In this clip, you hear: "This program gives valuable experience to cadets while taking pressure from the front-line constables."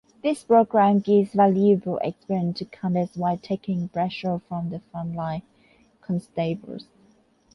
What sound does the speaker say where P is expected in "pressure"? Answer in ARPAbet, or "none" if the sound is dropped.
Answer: B